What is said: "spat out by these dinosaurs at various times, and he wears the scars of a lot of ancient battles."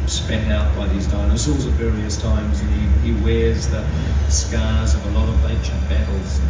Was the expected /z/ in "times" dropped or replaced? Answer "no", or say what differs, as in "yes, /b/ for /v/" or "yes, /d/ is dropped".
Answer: no